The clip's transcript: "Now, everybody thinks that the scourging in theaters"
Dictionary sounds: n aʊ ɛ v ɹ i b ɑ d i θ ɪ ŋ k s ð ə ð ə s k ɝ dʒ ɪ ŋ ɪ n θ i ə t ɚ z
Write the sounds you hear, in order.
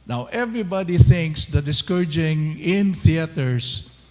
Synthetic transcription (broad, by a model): n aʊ ɛ v ɹ i b ɑ d i θ ɪ ŋ k s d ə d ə s k ɝ dʒ ɪ ŋ ɪ n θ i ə t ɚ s